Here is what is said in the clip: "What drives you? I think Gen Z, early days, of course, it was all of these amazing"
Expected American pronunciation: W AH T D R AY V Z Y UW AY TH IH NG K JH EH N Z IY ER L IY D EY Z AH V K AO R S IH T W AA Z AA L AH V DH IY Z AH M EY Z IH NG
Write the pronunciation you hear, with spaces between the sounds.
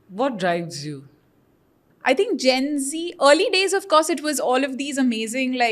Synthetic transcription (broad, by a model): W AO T D R AY V Z Y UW AY T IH NG K JH EH N Z IY ER L IY D EY Z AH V K AO R S IH T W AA Z AA L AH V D IY Z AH M EY Z IH NG